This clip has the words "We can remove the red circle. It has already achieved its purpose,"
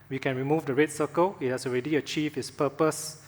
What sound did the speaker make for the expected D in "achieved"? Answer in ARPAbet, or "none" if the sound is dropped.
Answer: none